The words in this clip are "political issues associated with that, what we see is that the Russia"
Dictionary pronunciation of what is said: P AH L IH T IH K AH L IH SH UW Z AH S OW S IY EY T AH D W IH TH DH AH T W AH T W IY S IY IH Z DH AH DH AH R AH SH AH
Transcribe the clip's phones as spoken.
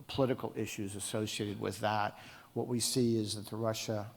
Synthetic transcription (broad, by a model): P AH L IH T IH K L IH SH UW Z AH S OW S IY EY T AH D W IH DH AH T W AH T W IY S IY IH Z DH AH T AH R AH SH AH